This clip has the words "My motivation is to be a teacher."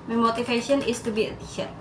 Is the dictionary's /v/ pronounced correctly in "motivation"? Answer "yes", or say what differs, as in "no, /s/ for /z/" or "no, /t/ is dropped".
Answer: no, /f/ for /v/